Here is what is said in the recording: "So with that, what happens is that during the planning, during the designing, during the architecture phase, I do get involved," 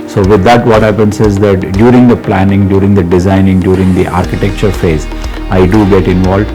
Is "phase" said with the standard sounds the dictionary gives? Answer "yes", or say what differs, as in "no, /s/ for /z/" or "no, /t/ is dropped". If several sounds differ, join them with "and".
yes